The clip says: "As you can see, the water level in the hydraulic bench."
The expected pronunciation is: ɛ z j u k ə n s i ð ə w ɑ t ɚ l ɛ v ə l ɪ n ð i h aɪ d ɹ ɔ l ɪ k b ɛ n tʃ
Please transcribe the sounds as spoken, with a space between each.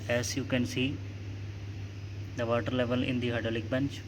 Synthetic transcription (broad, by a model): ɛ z j u k ə n s i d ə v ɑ t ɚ l ɛ v ə l ɪ n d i h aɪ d ɔ l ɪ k b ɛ n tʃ